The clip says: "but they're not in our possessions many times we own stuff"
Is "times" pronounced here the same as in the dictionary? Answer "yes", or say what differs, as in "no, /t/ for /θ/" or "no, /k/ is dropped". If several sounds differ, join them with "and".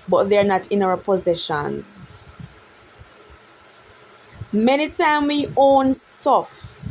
no, /z/ is dropped